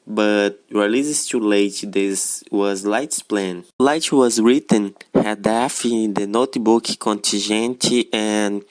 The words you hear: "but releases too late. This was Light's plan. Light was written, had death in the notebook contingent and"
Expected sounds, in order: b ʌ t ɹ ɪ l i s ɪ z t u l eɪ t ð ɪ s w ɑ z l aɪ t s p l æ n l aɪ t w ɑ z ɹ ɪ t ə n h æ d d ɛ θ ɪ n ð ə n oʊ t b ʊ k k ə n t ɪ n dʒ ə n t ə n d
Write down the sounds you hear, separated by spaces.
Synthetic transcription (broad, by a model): b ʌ t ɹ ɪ l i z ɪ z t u l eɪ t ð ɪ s w ɑ z l aɪ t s p l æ n l aɪ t w ɑ z ɹ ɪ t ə n h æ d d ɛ f ɪ n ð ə n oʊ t b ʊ k k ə n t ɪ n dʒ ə n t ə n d